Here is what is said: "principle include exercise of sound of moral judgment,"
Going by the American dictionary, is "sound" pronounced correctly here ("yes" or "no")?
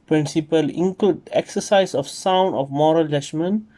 yes